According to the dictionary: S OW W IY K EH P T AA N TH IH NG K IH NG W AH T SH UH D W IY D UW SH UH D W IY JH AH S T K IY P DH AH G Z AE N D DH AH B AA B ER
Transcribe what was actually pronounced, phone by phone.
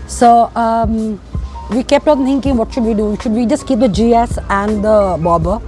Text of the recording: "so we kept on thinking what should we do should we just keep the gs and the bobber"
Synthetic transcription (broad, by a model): S OW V IY K EH P T AA N T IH NG K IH NG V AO T SH UH D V IY D UW SH UH D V IY JH AH S T K IY P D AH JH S AE N D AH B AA B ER